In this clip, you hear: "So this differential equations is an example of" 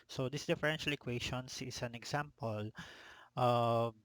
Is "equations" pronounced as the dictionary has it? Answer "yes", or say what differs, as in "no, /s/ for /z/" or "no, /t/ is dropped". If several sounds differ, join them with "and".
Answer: no, /ʃ/ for /ʒ/ and /s/ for /z/